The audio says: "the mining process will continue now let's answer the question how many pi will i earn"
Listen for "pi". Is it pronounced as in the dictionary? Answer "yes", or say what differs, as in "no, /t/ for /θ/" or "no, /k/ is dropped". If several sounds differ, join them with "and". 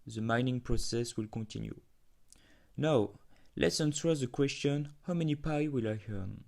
yes